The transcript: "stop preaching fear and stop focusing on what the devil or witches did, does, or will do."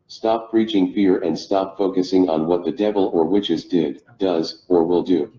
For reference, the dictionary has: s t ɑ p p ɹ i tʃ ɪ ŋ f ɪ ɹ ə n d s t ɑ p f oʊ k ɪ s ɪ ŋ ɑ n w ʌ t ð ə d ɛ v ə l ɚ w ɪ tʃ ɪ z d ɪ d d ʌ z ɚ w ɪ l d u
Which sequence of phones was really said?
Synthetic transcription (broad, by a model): s t ɑ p p ɹ i tʃ ɪ ŋ f ɪ ɹ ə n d s t ɑ p f oʊ k ɪ s ɪ ŋ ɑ n w ʌ t ð ə d ɛ v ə l ɚ w ɪ tʃ ɪ z d ɪ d d ʌ z ɚ w ɪ l d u